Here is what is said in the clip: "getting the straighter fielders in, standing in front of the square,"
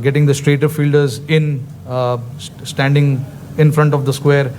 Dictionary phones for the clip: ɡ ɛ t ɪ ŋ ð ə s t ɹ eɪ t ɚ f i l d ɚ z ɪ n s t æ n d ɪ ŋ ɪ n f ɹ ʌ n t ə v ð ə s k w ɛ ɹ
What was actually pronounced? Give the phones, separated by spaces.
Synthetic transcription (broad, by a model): ɡ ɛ t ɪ ŋ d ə s t ɹ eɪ t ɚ f i l d ɚ z ɪ n s t æ n d ɪ ŋ ɪ n f ɹ ʌ n t ə v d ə s k w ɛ ɹ